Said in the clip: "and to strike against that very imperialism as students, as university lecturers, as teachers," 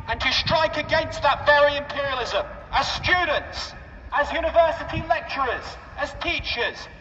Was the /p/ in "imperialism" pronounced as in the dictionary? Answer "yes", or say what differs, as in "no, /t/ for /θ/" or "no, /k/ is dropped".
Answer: yes